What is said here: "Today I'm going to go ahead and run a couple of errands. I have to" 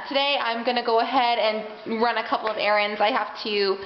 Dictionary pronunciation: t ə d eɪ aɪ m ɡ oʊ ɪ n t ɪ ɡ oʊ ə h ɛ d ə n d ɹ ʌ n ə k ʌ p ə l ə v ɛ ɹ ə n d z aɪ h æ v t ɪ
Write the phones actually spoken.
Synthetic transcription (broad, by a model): t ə d eɪ aɪ m ɡ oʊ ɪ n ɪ ɡ oʊ ə h ɛ d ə n ɹ ʌ n ə k ʌ p l ə v ɛ ɹ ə n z aɪ h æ f t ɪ